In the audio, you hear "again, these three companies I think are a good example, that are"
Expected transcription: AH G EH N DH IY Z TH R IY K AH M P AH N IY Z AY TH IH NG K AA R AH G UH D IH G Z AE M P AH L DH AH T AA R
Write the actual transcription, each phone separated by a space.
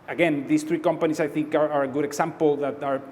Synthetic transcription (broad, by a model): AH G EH N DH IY S TH R IY K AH M P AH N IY S AY TH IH NG K AA R AH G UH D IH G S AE M P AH L DH AH T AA R